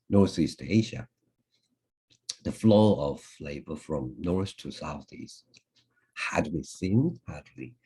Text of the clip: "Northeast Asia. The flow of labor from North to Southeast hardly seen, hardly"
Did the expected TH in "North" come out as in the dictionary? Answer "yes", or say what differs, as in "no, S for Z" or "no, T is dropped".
no, S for TH